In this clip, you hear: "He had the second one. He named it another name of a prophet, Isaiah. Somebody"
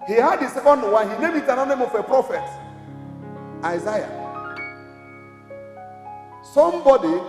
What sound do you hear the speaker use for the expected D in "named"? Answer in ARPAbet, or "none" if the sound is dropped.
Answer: none